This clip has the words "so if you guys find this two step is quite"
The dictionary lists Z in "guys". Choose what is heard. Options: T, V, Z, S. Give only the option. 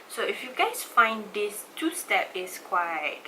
S